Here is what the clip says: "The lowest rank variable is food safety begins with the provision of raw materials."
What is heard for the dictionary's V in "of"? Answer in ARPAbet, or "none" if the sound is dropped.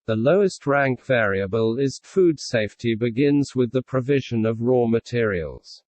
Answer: V